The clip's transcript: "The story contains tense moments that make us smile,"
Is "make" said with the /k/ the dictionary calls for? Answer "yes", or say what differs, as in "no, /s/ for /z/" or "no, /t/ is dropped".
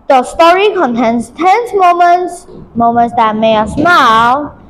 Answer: no, /k/ is dropped